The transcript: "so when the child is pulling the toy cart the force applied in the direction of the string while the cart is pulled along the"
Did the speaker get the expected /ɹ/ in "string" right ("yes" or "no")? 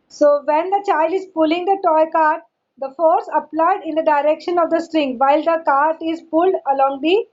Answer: yes